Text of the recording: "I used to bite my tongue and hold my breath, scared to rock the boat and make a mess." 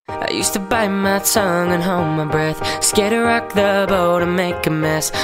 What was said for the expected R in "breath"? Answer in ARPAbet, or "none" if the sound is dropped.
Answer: R